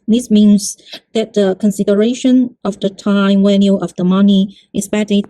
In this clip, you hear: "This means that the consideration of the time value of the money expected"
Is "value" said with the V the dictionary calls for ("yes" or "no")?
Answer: no